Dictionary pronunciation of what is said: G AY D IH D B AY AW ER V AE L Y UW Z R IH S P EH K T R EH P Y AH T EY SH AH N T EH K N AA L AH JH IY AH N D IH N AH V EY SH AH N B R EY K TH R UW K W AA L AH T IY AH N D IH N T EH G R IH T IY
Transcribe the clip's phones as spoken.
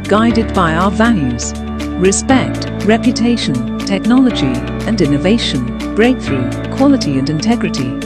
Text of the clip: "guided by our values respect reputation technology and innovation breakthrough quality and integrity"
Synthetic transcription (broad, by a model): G AY D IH D B AY AW ER V AE L Y UW Z R IH S P EH K T R EH P Y AH T EY SH AH N T EH K N AA L AH JH IY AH N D IH N AH V EY SH AH N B R EY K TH R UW K W AA L AH T IY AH N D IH N T EH G R IH T IY